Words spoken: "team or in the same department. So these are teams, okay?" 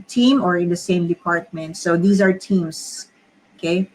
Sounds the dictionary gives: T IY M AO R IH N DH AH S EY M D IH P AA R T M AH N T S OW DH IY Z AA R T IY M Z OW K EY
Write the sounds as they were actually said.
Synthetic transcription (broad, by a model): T IY M AO R IH N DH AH S EY M D IH P AA R T M AH N T S OW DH IY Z AA R T IY M S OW K EY